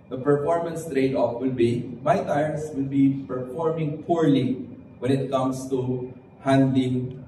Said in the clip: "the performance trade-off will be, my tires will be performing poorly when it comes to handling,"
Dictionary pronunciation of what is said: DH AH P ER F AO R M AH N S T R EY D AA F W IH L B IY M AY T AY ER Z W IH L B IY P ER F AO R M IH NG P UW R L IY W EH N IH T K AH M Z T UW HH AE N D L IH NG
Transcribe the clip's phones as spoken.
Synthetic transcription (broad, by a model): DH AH P ER F AO R M AH N S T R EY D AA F W IH L B IY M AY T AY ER S W IH L B IY P ER F AO R M IH NG P UW R L IY W EH N IH T K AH M S T UW HH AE N D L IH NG